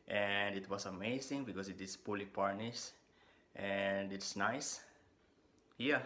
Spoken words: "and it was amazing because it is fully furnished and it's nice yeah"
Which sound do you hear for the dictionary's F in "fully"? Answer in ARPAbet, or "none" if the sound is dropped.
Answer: P